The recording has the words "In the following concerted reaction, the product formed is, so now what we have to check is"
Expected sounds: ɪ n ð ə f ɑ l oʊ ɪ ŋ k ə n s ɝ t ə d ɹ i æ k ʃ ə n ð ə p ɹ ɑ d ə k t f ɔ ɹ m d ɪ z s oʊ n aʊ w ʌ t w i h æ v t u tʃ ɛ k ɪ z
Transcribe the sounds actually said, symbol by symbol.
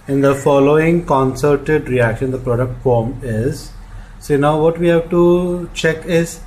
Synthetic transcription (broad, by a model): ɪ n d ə f ɑ l oʊ ɪ ŋ k ə n s ɝ t ə d ɹ i æ k ʃ ə n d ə p ɹ ɑ d ə k t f ɔ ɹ m ɪ z s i n aʊ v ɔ t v i h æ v t u tʃ ɛ k ɪ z